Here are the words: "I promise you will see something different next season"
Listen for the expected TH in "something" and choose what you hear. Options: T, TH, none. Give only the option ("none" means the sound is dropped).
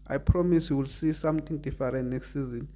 T